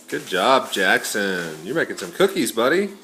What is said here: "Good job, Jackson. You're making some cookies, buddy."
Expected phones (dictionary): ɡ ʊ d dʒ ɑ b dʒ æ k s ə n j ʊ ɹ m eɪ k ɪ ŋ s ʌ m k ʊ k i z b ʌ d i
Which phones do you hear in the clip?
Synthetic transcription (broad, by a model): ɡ ʊ d dʒ ɑ b dʒ æ k s ə n j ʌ ɹ m eɪ k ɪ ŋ s ʌ m k ʊ k i z b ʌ d i